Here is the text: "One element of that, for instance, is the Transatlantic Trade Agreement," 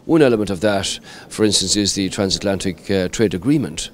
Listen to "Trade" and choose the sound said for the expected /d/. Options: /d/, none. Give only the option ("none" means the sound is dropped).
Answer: /d/